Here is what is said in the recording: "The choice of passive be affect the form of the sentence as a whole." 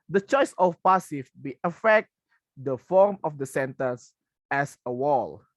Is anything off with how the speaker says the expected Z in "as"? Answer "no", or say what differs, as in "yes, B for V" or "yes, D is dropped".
yes, S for Z